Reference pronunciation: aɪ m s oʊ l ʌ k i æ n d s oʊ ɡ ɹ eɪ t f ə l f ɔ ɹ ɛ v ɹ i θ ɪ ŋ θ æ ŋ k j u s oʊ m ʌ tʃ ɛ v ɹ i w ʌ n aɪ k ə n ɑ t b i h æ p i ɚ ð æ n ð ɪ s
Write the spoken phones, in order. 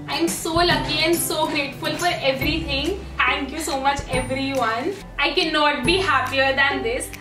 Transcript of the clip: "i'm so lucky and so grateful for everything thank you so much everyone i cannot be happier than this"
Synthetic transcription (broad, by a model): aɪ m s oʊ l ʌ k i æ n d s oʊ ɡ ɹ eɪ t f ə l f ɔ ɹ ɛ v ɹ i t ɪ ŋ t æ ŋ k j u s oʊ m ʌ tʃ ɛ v ɹ i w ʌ n aɪ k ə n ɑ t b i h æ p i ɚ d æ n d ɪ s